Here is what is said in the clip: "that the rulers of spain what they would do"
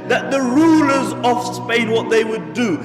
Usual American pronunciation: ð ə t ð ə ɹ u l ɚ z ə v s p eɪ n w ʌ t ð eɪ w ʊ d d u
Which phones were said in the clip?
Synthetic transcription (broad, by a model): ð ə t ð ə ɹ u l ɚ z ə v s p eɪ n w ʌ t ð eɪ w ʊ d d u